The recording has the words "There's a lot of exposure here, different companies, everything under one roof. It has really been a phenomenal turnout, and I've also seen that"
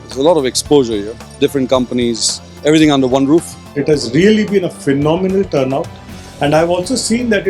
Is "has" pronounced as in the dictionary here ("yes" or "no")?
yes